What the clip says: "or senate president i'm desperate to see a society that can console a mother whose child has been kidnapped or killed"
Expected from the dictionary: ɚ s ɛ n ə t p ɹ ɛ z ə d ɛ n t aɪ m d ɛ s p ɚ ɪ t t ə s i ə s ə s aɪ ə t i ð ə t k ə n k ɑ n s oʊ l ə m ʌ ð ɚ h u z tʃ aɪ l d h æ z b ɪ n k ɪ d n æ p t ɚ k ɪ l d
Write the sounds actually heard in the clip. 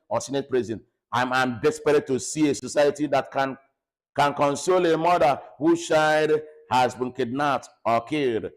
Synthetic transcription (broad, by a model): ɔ s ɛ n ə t p ɹ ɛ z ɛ n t aɪ m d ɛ s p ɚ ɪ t t ə s i ə s ə s aɪ ə t i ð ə t k ə n k ɑ n s oʊ l ə m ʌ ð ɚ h u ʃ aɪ d h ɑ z b ɪ n k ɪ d n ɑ t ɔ k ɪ l d